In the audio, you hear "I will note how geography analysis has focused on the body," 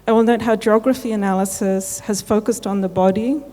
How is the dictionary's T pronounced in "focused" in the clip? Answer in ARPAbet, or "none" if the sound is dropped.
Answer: T